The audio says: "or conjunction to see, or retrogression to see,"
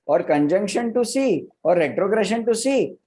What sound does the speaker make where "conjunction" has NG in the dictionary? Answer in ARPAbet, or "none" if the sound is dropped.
NG